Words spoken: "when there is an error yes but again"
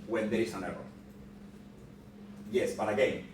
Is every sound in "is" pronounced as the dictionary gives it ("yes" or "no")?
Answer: no